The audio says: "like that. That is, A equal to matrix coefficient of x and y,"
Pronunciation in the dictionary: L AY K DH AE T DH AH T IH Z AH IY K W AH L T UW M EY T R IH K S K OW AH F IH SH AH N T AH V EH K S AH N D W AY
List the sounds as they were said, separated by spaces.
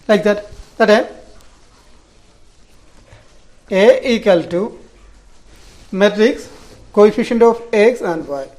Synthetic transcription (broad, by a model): L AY K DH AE T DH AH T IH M AH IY K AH L T UW M EY T R IH K S K OW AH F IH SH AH N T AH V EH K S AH N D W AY